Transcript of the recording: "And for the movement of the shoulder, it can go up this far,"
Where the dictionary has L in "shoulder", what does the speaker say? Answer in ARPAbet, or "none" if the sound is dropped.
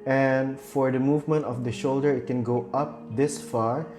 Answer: L